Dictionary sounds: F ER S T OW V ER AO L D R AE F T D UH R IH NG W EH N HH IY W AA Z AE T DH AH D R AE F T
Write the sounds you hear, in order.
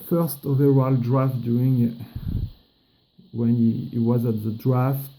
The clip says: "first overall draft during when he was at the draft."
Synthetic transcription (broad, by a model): F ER S T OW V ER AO L D R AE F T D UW IH NG W EH N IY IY W AA Z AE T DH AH D R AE F T